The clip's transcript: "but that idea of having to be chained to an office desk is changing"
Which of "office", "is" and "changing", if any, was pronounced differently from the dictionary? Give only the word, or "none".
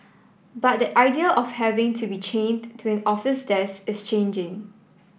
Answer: is